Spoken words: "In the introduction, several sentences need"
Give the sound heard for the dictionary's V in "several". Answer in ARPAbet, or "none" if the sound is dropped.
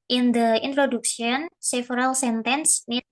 F